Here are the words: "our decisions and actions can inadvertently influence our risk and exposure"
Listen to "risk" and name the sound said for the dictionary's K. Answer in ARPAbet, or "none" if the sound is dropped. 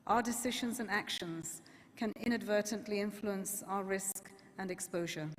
K